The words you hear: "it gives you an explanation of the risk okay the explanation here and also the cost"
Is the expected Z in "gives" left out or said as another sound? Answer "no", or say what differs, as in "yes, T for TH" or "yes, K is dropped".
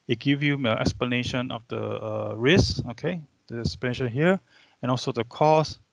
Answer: yes, Z is dropped